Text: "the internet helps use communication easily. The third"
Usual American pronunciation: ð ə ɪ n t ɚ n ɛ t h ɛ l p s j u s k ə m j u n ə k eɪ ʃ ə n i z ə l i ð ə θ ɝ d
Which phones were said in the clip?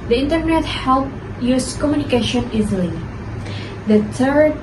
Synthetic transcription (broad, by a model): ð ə ɪ n t ɚ n ɛ t h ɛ l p j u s k ə m j u n ə k eɪ ʃ ə n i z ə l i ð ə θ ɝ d